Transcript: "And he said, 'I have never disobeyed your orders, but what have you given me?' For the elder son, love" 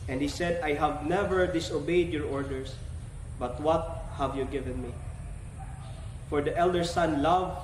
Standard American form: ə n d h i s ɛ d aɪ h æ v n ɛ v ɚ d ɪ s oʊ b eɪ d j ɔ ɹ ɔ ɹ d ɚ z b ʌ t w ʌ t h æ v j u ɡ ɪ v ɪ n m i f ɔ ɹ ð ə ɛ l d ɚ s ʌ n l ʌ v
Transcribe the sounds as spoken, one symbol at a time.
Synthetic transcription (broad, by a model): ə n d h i s ɛ d aɪ h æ v n ɛ v ɚ d ɪ s oʊ b eɪ d j ɔ ɹ ɔ ɹ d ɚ s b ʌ t w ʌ t h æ v j u ɡ ɪ v ɪ n m i f ɔ ɹ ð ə ɛ l d ɚ s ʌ n l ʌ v